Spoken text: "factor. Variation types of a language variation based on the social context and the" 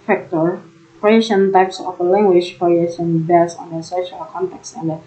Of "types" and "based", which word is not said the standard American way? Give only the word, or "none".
based